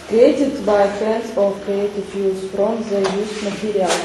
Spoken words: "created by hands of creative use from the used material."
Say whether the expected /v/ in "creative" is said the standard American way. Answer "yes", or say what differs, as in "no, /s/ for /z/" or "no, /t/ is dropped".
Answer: no, /f/ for /v/